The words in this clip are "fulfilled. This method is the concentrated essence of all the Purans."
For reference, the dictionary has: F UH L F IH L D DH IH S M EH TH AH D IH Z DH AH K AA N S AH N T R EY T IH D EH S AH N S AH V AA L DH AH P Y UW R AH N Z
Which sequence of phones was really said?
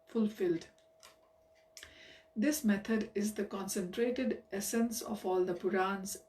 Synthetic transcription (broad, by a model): F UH L F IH L D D IH S M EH T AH D IH Z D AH K AA N S AH N T R EY T IH D EH S AH N S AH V AA L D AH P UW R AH N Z